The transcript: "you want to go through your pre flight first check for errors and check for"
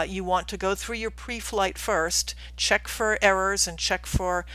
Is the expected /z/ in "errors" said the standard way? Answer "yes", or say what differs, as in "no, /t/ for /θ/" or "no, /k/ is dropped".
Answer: yes